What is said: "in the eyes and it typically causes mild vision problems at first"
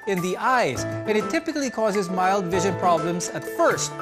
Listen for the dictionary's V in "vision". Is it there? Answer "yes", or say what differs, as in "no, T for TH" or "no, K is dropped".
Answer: yes